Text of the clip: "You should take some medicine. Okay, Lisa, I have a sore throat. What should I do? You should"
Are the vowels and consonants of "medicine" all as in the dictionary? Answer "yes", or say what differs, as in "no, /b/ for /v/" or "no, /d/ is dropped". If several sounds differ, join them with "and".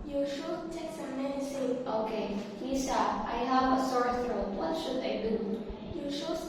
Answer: no, /n/ is dropped